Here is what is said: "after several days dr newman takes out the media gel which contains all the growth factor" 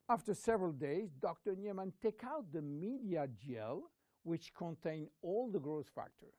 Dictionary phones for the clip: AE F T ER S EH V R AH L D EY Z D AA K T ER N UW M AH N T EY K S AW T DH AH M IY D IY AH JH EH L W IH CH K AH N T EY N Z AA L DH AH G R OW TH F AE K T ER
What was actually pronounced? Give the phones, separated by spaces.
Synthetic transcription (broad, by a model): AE F T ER S EH V R AH L D EY Z D AA K T ER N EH M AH N T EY K AW T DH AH M IY D IY AH JH EH L W IH CH K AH N T EY N AA L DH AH G R OW S F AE K T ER